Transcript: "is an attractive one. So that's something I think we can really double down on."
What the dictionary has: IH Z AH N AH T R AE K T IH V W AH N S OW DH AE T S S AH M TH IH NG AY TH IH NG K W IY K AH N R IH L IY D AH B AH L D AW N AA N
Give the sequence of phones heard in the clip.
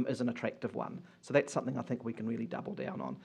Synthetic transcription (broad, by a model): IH Z AH N AH T R AE K T IH V W AH N S OW DH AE T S S AH M TH IH NG AY TH IH NG K W IY K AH N R IH L IY D AH B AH L D AW N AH N